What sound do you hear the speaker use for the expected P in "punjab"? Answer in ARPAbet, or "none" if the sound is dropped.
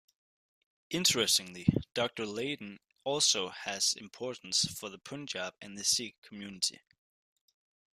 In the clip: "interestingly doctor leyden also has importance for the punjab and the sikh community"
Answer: P